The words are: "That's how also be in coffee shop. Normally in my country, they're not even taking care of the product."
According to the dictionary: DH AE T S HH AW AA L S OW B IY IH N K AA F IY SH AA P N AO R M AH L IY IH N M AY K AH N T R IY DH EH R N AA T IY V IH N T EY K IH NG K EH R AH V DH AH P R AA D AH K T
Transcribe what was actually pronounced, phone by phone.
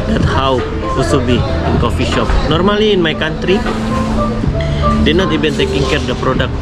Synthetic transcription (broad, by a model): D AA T HH AW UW S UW B IY IH N K AA F IY SH AA P N AO R M AH L IY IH N M AY K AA N T R IY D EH N AA T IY B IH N T EY K IH NG K EH R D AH P R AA D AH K